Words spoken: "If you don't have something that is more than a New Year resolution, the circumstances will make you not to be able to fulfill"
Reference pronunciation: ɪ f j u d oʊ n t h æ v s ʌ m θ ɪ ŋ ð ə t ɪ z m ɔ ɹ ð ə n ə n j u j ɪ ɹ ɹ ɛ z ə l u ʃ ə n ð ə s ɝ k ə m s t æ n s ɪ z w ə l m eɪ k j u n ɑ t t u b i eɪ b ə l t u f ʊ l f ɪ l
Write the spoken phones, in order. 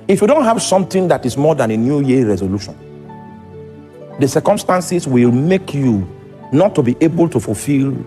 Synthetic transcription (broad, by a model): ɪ f j u d oʊ n t h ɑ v s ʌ m t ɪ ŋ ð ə t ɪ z m ɔ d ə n ə n j u j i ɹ ɹ ɛ z ə l u ʃ ə n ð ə s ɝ k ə m s t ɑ n s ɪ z w ə l m eɪ k j u n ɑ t t u b i eɪ b ə l t u f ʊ l f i l